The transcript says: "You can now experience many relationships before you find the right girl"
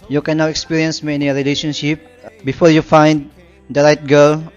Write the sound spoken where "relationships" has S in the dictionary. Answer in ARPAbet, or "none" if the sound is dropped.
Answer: none